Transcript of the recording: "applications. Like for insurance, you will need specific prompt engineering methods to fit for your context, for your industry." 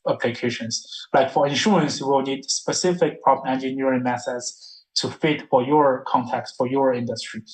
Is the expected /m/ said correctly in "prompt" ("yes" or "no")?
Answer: no